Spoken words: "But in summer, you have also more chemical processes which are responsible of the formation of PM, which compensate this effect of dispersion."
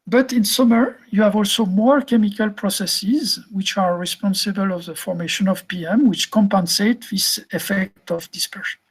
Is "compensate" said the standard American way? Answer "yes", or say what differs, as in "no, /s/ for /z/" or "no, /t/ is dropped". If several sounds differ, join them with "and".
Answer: yes